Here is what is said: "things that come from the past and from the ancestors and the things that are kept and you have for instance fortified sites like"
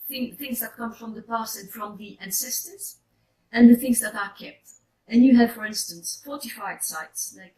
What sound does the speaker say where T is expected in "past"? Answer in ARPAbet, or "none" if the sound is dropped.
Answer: none